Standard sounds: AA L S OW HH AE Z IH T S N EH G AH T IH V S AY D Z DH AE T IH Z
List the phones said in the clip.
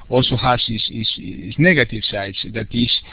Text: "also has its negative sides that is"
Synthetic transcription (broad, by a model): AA L S OW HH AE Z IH S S N EH G AH T IH V S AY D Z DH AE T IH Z